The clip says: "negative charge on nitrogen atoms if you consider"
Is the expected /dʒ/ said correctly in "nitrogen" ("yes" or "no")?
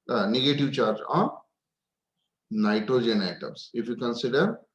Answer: yes